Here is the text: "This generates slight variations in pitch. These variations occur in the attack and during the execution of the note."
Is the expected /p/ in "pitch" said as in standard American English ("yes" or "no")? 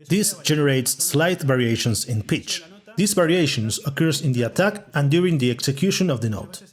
yes